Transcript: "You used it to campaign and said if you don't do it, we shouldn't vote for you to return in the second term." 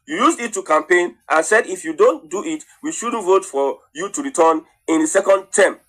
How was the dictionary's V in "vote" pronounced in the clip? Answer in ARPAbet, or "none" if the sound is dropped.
V